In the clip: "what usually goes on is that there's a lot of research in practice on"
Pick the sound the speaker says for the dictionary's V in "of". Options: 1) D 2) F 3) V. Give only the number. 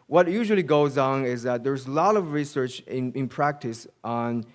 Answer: 3